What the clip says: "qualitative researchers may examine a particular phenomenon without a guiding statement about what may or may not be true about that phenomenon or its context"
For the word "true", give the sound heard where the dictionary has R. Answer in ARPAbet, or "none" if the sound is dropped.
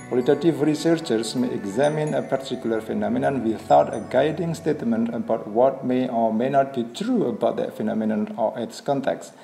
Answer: R